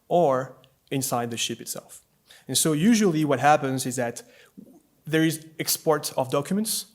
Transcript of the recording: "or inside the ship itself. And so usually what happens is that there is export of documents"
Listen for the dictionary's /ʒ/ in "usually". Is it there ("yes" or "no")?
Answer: yes